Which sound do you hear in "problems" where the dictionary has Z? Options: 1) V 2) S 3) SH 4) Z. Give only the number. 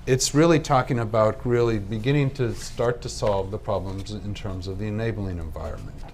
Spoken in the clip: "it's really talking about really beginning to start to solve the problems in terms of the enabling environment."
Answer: 4